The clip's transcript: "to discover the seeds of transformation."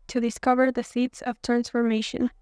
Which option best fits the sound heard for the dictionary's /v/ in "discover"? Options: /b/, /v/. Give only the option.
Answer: /v/